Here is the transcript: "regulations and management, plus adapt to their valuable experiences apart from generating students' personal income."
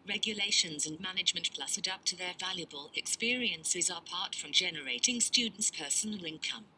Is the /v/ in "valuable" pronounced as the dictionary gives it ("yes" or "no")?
yes